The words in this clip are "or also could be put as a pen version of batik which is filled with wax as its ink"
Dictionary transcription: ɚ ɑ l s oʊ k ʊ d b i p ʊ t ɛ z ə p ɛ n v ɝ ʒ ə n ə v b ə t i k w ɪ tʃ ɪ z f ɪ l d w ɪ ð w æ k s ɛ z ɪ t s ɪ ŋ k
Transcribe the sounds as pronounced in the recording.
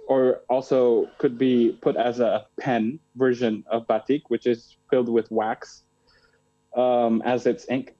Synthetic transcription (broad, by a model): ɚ ɑ l s oʊ k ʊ d b i p ʊ t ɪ z ə p ɛ n v ɝ ʒ ə n ə v b ə t i k w ɪ tʃ ɪ z f ɪ l d w ɪ ð w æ k s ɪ z ɪ t s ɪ ŋ k